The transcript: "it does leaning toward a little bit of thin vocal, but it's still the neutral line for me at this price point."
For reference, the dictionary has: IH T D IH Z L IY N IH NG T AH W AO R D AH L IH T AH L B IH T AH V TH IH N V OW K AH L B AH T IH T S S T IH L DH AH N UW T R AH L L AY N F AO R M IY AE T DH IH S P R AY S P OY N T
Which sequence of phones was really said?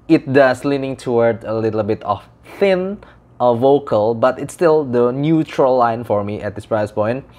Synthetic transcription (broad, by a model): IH T D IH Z L IY N IH NG T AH W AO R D AH L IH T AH L B IH T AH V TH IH N V OW K AH L B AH T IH T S S T IH L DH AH N UW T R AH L L AY N F AO R M IY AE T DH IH S P R AY S P OY N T